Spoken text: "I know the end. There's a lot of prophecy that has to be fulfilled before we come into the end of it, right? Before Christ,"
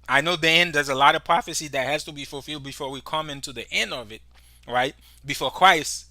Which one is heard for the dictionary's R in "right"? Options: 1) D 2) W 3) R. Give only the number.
3